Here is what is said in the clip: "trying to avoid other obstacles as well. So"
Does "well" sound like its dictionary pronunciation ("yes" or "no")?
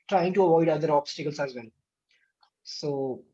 no